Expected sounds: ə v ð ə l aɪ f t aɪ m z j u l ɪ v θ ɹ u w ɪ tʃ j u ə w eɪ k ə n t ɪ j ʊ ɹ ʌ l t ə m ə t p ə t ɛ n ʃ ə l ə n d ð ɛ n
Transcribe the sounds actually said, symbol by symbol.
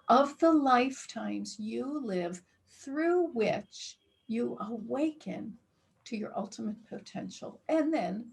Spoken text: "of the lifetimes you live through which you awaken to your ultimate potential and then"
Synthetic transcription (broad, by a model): ə v ð ə l aɪ f t aɪ m z j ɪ l ɪ v θ ɹ u w ɪ tʃ j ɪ ə w eɪ k ə n t ɪ j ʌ ɹ ʌ l t ə m ə t p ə t ɛ n ʃ l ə n ð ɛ n